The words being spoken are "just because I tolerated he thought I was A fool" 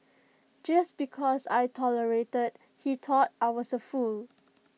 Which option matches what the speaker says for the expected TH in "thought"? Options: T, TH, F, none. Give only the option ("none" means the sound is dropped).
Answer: T